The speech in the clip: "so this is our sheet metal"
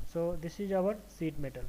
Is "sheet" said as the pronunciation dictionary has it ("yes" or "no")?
no